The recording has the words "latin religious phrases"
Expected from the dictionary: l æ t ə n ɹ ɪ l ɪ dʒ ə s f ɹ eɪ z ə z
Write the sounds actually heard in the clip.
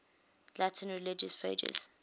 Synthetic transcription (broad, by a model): l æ t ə n ɹ ɪ l ɪ dʒ ə s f eɪ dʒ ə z